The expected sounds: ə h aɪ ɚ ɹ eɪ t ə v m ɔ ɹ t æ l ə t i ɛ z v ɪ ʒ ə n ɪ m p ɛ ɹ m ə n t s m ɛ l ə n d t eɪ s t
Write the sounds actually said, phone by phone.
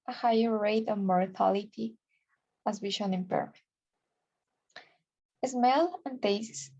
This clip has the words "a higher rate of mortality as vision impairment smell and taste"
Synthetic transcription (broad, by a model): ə h aɪ ɚ ɹ eɪ t ə v m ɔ ɹ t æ l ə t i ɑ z w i ʃ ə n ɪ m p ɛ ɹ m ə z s m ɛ l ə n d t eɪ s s